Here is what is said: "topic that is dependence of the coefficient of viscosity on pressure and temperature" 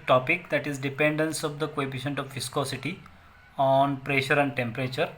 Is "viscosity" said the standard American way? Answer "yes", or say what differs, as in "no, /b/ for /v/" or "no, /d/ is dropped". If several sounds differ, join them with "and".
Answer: no, /f/ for /v/